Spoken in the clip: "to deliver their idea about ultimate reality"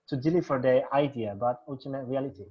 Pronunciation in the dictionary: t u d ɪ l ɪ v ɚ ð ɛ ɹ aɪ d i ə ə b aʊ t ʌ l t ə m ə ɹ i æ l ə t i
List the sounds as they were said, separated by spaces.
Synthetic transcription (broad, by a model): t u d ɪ l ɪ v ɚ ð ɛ aɪ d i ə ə b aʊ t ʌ t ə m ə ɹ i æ l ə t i